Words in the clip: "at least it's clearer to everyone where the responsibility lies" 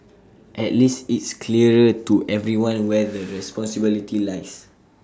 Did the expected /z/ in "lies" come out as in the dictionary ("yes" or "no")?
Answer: no